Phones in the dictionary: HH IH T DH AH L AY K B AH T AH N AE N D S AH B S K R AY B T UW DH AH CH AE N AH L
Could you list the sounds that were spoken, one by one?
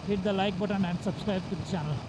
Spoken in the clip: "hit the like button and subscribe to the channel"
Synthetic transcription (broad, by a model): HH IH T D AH L AY K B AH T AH N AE N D S AH B S K R AY B T UW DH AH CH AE N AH L